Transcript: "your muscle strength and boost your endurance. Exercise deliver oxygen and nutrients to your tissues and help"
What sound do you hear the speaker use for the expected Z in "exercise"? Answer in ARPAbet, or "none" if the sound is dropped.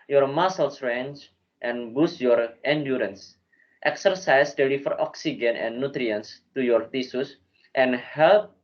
S